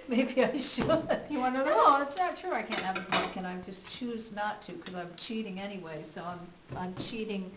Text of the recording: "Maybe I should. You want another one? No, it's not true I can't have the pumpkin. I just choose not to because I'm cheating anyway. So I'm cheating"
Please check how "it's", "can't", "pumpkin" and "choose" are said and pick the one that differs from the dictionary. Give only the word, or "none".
pumpkin